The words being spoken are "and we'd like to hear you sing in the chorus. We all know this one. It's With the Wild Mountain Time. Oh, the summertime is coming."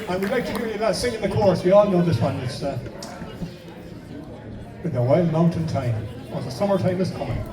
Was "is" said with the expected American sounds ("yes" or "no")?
no